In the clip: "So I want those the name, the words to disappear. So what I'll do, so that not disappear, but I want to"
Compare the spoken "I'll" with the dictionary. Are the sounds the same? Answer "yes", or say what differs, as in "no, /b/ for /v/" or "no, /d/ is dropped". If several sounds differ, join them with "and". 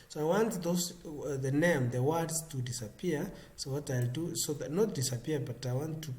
yes